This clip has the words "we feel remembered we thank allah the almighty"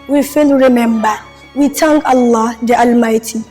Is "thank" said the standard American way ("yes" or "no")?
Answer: no